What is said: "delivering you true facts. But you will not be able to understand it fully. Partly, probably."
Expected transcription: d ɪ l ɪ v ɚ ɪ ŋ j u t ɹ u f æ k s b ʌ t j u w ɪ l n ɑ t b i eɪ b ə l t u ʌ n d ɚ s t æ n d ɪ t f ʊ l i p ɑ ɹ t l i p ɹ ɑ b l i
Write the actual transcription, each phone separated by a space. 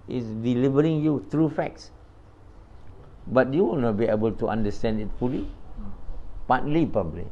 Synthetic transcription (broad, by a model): d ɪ l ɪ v ɚ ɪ ŋ j u t ɹ u f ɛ k s b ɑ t j u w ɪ l n ɑ t b i eɪ b ə l t u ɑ n d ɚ s t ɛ n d ɪ t f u l i p ɑ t l i p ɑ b l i